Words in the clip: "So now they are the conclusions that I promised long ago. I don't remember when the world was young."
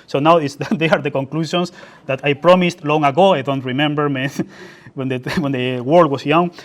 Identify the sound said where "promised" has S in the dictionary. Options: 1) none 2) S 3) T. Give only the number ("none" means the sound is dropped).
2